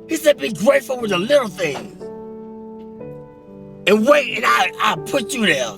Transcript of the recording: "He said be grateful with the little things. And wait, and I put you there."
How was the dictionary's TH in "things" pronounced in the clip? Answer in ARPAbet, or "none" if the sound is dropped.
TH